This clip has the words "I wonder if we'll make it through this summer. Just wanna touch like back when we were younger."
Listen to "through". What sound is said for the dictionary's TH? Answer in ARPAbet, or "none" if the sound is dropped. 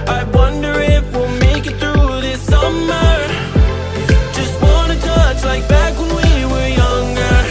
TH